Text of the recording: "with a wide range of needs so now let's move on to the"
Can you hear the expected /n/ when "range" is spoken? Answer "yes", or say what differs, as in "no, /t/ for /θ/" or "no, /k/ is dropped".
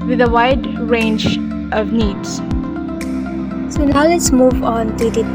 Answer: yes